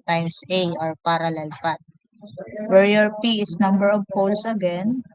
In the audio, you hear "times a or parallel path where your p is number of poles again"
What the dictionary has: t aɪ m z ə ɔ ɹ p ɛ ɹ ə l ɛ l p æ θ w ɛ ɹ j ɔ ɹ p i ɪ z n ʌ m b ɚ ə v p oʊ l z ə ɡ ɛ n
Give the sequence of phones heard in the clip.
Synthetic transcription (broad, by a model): t aɪ m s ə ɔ ɹ p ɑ ɹ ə l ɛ l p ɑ t w ɛ ɹ j ɔ ɹ p i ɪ s n ʌ m b ɚ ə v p oʊ l s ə ɡ ɛ n